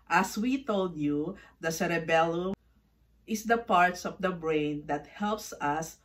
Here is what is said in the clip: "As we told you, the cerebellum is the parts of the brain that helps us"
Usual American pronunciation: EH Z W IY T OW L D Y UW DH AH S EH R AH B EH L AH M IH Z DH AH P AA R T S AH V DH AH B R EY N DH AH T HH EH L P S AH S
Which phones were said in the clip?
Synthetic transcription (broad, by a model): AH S W IY T OW L D Y UW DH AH S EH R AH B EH L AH IH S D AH P AA R T S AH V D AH B R EY N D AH T HH EH L P S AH S